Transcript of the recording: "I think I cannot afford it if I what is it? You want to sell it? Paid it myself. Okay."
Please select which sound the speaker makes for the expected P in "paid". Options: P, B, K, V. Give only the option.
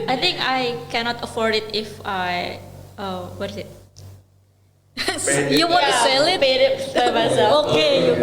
B